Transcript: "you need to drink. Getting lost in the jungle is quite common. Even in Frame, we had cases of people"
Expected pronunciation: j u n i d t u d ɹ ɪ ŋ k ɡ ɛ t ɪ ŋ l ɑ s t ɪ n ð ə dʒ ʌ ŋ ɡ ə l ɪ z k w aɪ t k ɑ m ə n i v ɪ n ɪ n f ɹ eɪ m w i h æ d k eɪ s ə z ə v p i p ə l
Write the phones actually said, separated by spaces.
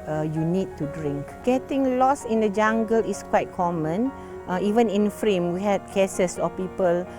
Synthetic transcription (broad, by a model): j u n i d t u d ɹ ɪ ŋ k ɡ ɛ t ɪ ŋ l ɑ s ɪ n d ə dʒ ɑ ŋ ɡ ə l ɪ s k w aɪ t k ɑ m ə n i v ɪ n ɪ n f ɹ eɪ m w i h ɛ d k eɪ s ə s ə p i p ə l